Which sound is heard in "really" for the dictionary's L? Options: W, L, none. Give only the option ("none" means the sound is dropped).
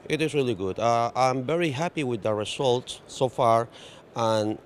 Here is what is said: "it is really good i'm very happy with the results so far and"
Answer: L